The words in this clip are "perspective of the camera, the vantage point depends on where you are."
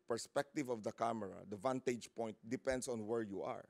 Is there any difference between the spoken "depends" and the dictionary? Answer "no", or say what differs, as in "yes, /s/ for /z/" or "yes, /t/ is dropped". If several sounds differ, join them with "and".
yes, /s/ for /z/